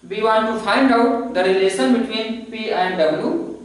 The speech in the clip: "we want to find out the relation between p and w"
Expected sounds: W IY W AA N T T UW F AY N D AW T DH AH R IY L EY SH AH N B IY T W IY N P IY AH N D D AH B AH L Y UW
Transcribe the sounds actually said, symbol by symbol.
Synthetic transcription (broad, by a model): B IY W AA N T T UW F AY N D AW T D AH R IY L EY S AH N B IY T W IY N P IY AH N D D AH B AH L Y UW